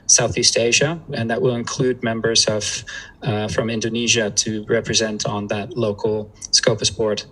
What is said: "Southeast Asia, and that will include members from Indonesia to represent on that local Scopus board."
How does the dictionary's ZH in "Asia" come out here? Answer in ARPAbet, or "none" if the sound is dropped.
ZH